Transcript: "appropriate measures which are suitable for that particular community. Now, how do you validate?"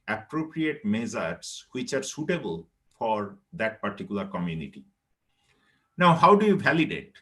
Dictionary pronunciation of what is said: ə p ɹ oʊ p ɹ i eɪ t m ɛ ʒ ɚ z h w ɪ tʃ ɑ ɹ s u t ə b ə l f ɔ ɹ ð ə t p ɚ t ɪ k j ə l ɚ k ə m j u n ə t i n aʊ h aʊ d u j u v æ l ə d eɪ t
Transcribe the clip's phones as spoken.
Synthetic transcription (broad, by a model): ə p ɹ oʊ p ɹ i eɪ t m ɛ z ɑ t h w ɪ tʃ ɑ ɹ s u t ə b ə l f ɔ ɹ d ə t p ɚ t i k j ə l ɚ k ə m j u n ə t i n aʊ h aʊ d u j u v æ l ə d eɪ t